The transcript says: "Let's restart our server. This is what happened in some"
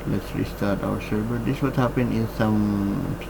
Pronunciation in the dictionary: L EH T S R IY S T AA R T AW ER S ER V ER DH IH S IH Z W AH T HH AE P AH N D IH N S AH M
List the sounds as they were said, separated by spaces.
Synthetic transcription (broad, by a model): L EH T S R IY S T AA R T AW ER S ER B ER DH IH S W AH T HH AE P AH N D IH N S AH M